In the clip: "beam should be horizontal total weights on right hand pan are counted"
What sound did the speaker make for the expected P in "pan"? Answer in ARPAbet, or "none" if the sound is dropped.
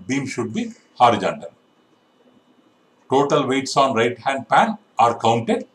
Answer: P